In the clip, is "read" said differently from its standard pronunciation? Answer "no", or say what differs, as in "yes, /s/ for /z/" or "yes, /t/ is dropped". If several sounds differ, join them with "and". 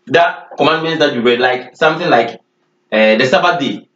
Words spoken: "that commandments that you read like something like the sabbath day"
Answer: yes, /w/ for /ɹ/